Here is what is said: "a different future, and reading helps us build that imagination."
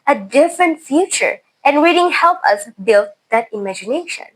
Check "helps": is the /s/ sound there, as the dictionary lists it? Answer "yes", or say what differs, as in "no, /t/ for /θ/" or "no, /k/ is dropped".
no, /s/ is dropped